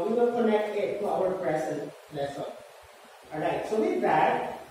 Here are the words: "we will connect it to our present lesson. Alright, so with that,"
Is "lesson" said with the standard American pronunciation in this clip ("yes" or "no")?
no